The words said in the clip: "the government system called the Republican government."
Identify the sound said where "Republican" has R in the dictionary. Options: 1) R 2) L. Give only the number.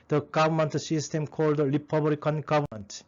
2